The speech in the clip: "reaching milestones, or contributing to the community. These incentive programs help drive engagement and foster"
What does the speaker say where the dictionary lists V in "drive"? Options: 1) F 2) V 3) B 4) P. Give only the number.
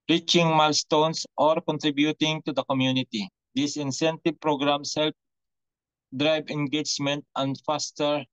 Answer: 3